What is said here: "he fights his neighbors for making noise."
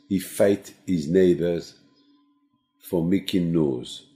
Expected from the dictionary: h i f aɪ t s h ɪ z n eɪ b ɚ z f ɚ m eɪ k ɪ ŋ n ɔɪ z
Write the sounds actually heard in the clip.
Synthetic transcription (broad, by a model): h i f aɪ t h ɪ z n eɪ b ɚ z f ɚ m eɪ k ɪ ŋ n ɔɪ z